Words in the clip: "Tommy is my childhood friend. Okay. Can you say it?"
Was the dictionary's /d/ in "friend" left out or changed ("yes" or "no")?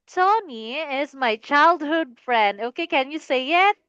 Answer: no